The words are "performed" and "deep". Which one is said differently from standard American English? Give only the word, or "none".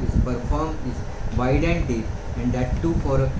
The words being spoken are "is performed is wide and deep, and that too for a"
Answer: deep